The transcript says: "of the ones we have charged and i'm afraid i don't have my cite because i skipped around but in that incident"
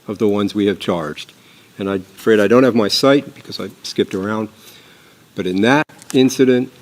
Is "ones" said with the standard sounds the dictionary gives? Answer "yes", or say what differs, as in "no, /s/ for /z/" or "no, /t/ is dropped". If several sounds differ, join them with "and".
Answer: yes